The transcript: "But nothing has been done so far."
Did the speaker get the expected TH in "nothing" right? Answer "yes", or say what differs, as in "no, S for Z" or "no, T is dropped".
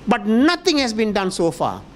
no, T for TH